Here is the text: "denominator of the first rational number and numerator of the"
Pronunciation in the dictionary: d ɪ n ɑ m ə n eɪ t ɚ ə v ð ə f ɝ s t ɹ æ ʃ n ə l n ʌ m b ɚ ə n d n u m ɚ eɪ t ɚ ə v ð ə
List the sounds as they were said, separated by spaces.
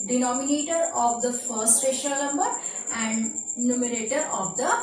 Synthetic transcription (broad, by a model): d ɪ n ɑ m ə n eɪ t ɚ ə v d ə f ɝ s t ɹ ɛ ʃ ə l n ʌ m b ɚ ə n d n u m ɚ eɪ t ɚ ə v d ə